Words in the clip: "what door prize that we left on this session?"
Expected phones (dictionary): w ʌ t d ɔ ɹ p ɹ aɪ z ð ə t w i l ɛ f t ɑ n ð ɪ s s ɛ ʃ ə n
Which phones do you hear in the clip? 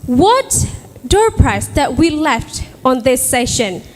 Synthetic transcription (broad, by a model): w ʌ t d ɔ ɹ p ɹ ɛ s ð ə t w i l ɛ f t ɑ n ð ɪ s s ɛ ʃ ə n